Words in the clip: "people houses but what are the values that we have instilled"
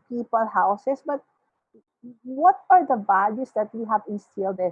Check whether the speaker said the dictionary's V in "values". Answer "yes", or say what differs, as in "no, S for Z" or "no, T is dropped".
no, B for V